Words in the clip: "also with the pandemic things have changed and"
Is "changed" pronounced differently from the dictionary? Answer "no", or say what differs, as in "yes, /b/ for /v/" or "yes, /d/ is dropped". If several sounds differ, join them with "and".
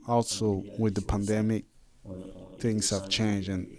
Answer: yes, /d/ is dropped